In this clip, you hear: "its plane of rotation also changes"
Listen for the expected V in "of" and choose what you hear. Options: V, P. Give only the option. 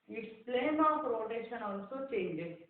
P